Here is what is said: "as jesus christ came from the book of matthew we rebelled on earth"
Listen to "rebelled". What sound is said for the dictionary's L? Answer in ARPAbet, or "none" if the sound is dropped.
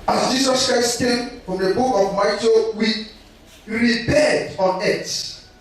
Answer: none